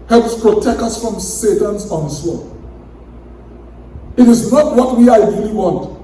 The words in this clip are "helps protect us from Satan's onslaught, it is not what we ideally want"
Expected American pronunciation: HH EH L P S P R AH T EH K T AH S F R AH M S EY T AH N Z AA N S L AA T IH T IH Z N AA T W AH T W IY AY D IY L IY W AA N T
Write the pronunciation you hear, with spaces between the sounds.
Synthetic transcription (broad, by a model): HH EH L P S P R AH T EH K T AH S F R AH M S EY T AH N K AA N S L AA IH T IH Z N AA T W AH T W IY AY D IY L IY W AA N T